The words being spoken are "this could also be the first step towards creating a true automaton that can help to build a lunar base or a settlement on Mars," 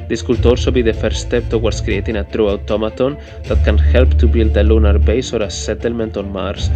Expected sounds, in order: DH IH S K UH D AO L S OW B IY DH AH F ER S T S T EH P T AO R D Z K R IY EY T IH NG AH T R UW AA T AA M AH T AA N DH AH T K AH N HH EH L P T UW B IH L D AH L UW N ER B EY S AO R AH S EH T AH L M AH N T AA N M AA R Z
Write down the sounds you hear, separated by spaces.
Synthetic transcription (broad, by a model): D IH S K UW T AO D S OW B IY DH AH F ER T S T EH P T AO W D S K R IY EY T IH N AH T R UW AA T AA M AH T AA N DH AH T K AH N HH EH L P T UW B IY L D AH L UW N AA B EY S AO R AH S EH T AH L M AH N T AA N M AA R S